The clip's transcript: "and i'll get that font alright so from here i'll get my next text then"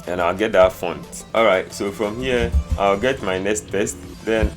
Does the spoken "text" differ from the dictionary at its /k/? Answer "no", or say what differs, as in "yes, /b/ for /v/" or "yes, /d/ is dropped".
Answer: yes, /k/ is dropped